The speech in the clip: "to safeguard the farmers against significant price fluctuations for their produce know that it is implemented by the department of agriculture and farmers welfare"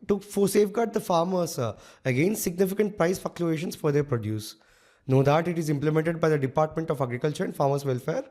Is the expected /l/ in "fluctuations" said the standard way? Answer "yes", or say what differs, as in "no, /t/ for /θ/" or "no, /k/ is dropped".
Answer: no, /l/ is dropped